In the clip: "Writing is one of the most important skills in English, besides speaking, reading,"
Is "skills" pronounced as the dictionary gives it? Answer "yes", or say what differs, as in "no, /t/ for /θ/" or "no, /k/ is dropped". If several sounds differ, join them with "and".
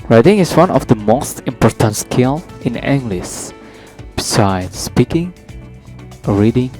no, /z/ is dropped